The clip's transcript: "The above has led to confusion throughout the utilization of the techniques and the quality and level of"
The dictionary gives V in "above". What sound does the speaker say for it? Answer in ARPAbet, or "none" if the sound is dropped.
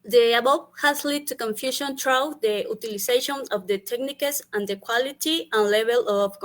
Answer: P